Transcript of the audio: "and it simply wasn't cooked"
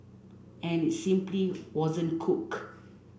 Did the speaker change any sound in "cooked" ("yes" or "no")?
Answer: yes